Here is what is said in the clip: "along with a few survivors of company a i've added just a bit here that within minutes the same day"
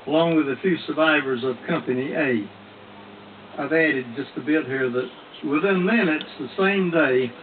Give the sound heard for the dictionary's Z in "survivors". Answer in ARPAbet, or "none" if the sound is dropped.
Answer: Z